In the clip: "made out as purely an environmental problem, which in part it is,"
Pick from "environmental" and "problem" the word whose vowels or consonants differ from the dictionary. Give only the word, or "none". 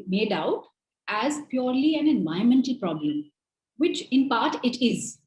environmental